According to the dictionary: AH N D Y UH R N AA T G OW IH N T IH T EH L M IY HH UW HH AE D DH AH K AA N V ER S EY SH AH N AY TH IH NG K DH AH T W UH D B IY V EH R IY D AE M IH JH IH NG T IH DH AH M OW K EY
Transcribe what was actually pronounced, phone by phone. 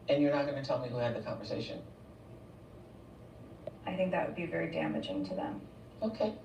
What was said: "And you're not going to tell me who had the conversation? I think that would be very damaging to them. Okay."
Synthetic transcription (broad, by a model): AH N Y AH R N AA T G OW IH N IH T EH L M IY HH UW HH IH D DH AH K AA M V ER S EY SH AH N AY TH IH NG K DH AH T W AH D B IY V EH R IY D AE M IH JH IH NG T IH DH AH M OW K EY